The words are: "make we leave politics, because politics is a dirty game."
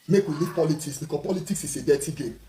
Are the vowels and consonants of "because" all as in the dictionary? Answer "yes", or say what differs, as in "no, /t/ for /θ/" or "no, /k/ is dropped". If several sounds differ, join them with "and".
no, /z/ is dropped